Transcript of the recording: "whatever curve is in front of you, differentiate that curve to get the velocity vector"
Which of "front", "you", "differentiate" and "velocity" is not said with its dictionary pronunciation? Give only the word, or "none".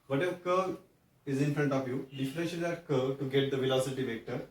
differentiate